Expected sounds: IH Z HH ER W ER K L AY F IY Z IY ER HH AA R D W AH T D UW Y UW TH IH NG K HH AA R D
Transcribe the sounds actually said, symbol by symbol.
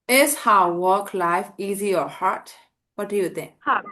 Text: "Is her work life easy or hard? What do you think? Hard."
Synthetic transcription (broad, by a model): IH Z HH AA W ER K L AY F IY Z IY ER HH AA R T W AH T D UW Y UW T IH NG K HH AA